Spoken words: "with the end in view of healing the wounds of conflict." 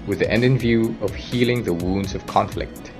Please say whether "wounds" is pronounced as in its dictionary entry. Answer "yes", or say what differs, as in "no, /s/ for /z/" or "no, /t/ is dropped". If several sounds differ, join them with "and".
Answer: yes